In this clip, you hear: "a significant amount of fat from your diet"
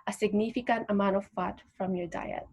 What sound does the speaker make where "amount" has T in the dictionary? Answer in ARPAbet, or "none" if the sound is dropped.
none